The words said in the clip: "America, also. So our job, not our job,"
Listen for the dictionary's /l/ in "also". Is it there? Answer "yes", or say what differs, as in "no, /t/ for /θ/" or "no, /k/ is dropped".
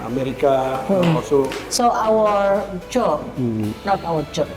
no, /l/ is dropped